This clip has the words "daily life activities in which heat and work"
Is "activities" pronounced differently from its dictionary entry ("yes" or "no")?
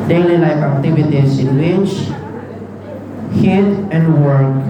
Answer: yes